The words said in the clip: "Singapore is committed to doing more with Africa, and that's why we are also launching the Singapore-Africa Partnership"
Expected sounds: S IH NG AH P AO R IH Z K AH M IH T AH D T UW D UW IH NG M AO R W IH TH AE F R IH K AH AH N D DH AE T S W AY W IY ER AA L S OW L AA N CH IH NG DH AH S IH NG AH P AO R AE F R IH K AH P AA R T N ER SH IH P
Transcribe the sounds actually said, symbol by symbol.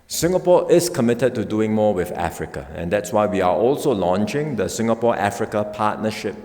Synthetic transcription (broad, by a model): S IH NG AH P AO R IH S K AH M IH T AH D T UW D UW IH NG M AO W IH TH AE F R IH K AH AH N D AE T S W AY W IY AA AA L S OW L AA N CH IH NG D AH S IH NG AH P AO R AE F R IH K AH P AA T N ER SH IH P